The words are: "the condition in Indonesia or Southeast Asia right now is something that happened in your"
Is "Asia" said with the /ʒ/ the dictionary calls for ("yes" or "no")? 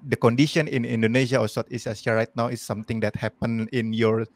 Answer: no